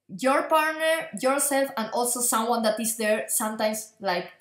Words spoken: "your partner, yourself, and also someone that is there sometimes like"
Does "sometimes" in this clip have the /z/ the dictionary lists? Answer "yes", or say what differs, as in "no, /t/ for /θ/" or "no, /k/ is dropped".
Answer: no, /s/ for /z/